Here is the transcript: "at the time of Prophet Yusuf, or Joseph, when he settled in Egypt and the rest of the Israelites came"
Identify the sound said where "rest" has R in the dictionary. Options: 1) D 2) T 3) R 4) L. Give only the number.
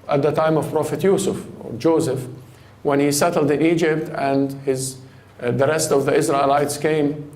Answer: 3